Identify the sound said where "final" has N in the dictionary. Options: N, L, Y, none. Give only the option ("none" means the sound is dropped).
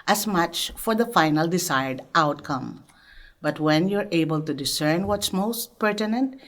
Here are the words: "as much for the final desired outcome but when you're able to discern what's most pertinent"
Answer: N